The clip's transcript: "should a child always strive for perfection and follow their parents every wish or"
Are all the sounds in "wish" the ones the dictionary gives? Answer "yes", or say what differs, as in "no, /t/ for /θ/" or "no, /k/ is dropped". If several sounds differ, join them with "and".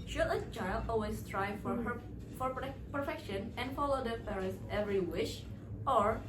yes